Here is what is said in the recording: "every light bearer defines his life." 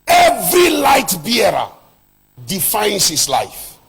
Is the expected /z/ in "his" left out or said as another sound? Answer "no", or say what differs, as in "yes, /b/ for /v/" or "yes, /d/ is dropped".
yes, /s/ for /z/